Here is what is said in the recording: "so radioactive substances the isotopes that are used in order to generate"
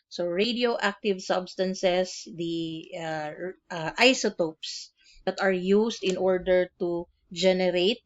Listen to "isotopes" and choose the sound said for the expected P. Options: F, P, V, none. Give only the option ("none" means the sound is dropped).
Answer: P